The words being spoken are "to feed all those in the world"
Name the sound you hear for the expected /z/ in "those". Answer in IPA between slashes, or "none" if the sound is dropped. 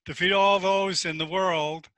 /z/